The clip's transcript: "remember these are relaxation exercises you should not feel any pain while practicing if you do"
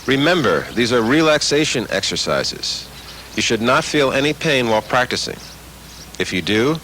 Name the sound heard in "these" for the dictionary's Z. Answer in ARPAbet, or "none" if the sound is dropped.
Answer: Z